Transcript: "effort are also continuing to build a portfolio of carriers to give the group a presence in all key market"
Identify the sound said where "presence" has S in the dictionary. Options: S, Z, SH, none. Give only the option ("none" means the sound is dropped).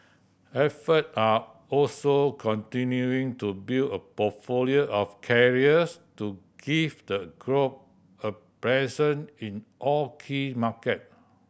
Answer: none